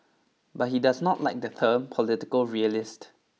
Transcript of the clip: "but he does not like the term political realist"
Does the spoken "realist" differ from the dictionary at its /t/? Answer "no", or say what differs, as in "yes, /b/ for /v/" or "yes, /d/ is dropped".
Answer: no